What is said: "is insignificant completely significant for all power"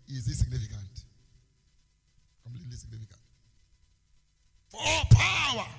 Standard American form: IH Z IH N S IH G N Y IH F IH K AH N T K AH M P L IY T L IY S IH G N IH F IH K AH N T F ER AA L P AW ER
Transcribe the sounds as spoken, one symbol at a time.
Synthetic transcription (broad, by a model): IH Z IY S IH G N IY F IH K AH N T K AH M L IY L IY S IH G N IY F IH K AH N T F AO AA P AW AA